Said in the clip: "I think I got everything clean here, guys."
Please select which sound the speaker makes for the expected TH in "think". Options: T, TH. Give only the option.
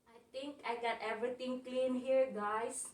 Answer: T